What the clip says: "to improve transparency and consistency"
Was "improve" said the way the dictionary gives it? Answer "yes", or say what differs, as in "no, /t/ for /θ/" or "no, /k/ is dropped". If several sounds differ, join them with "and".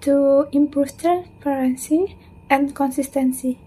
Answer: no, /ɹ/ is dropped